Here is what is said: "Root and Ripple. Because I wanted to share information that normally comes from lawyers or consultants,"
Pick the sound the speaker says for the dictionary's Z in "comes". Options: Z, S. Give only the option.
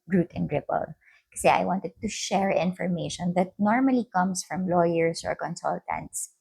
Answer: S